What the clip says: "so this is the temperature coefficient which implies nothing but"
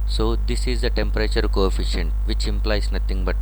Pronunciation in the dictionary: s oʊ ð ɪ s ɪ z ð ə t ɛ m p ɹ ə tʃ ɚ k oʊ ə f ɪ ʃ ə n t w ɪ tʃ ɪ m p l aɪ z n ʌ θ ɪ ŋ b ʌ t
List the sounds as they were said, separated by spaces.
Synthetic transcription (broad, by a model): s oʊ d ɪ s ɪ z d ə t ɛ m p ɹ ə tʃ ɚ k oʊ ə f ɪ ʃ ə n t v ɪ tʃ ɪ m p l aɪ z n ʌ t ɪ ŋ b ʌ t